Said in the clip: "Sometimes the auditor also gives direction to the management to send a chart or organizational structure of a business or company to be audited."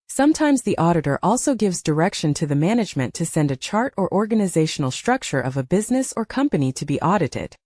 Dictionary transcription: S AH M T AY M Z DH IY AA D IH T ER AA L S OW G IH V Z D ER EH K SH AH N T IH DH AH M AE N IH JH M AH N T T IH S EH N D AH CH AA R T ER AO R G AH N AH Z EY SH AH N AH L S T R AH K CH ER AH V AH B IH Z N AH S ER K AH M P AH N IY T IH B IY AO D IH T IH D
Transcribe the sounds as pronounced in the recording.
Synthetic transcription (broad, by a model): S AH M T AY M Z DH IY AA D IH T ER AA L S OW G IH V Z D ER EH K SH AH N T IH DH AH M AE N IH JH M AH N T T IH S EH N D AH CH AA R T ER AO R G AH N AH Z EY SH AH N L S T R AH K CH ER AH V AH B IH Z N AH S ER K AH M P AH N IY T IH B IY AO D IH T IH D